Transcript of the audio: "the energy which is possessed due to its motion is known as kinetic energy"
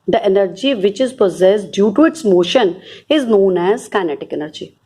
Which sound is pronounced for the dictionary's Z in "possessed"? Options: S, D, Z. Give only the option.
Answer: Z